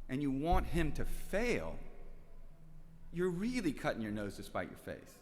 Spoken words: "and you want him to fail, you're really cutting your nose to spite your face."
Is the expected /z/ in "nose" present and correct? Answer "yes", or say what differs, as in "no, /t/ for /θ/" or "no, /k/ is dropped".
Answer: yes